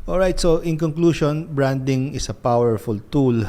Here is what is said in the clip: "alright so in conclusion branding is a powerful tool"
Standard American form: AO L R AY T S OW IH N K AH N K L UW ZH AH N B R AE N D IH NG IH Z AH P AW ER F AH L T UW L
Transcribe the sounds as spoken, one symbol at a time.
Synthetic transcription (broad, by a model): AO L R AY T S OW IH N K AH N K L UW SH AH N B R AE N D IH NG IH S AH P AW ER F AH L T UW L